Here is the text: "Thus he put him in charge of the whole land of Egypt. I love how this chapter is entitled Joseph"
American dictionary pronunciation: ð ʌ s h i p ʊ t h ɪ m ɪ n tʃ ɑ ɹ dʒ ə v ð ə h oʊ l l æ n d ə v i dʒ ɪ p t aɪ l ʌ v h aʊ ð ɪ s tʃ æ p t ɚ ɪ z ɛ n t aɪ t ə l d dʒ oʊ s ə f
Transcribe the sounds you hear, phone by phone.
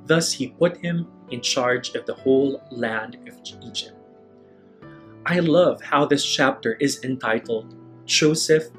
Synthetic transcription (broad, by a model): ð ʌ s h i p ʊ t h ɪ m ɪ n tʃ ɑ ɹ dʒ ə v ð ə h oʊ l l æ n d ə v i dʒ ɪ p t aɪ l ʌ v h aʊ ð ɪ s tʃ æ p t ɚ ɪ z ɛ n t aɪ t l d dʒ oʊ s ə f